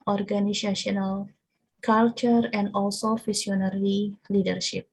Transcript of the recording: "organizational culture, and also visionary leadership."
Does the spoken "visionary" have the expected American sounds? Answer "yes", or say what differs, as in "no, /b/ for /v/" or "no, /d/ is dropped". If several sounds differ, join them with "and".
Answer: no, /f/ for /v/ and /s/ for /ʒ/